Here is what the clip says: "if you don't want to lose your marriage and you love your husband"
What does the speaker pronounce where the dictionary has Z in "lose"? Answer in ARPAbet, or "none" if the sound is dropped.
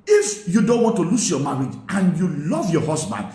S